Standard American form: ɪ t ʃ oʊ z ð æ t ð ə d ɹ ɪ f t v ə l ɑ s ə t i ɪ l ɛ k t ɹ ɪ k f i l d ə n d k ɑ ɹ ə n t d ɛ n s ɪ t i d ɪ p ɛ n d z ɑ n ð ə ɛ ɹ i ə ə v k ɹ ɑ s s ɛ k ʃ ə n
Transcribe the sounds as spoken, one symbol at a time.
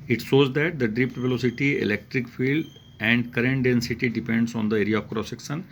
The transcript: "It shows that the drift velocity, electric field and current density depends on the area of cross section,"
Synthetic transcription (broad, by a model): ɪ t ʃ oʊ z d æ t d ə d ɹ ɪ p t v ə l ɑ s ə t i ɪ l ɛ k t ɹ ɪ k f i l d ə n d k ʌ ɹ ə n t d ɛ n s ɪ t i d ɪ p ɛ n d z ɑ n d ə ɛ ɹ i ə ə v k ɹ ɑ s s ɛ k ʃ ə n